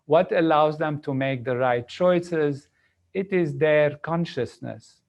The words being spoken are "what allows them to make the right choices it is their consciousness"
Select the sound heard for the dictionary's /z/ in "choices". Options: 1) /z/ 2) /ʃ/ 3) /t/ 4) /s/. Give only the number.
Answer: 1